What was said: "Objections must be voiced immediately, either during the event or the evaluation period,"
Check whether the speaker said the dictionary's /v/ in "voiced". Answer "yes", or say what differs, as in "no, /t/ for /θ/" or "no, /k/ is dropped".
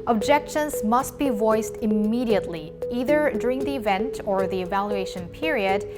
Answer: yes